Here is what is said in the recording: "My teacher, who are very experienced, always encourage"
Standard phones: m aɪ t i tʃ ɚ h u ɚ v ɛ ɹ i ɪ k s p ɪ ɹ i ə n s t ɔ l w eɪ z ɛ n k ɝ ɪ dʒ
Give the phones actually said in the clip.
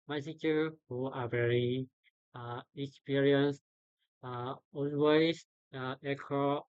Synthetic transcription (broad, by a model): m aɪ s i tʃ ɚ h u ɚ v ɛ ɹ i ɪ k s p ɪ ɹ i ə n s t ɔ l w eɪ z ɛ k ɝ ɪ